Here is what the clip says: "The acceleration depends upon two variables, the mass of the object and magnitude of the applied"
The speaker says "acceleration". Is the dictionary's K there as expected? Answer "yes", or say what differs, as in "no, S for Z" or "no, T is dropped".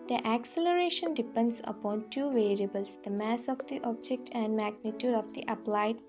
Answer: yes